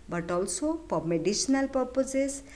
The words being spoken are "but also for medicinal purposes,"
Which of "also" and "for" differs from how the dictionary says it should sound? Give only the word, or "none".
for